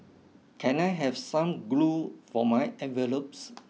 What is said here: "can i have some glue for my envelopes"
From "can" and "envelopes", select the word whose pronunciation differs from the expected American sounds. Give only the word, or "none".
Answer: envelopes